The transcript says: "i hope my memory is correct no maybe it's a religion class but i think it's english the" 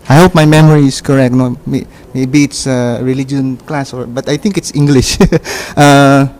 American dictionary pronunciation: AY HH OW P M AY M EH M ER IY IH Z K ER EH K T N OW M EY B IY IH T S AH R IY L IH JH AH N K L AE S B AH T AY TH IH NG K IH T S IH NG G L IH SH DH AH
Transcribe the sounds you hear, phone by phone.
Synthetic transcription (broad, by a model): AY HH OW P M AY M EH M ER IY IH S K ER EH K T N OW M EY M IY IH T S AH R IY L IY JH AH N K L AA S B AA T AY T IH NG K IH T S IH NG G L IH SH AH